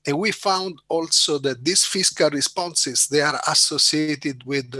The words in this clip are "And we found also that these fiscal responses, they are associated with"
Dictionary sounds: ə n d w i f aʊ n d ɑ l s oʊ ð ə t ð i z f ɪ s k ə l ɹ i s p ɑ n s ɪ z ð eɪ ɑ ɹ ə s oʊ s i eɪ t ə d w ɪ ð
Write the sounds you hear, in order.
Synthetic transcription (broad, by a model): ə n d w i f aʊ n d ɑ l s oʊ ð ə t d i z f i s k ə l ɹ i s p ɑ n s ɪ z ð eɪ ɑ ɹ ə s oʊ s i eɪ t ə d w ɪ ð